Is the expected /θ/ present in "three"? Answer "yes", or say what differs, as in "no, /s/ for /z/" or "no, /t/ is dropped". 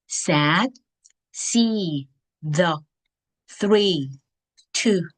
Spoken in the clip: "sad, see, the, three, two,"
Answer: yes